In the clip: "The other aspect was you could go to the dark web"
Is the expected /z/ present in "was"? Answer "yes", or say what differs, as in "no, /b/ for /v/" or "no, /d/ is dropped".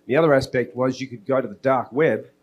yes